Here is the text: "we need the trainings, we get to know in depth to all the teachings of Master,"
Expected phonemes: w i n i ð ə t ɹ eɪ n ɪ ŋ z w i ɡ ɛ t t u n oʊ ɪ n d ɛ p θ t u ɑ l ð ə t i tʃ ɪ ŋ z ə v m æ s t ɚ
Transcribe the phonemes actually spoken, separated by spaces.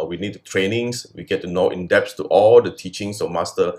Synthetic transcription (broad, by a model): w i n i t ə t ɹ eɪ n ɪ ŋ s w i ɡ ɛ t t u n oʊ ɪ n d ɛ p s t u ɑ l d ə t i tʃ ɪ ŋ s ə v m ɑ s t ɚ